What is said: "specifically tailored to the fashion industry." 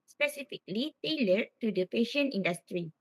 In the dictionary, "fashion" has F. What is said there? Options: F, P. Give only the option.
P